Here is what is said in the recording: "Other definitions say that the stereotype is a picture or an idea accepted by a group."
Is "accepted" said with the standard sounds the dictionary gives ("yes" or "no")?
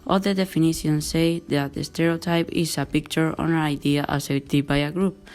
no